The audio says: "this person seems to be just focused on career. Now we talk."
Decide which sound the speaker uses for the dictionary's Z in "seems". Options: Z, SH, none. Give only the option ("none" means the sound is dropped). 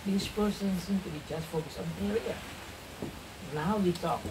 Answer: none